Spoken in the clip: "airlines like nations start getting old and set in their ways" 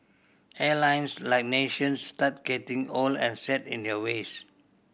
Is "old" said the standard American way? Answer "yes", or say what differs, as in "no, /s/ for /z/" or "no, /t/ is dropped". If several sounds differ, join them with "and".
no, /d/ is dropped